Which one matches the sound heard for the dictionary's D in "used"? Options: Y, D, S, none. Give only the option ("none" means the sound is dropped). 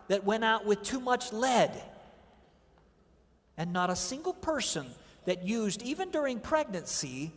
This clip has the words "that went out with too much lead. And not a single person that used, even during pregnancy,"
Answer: D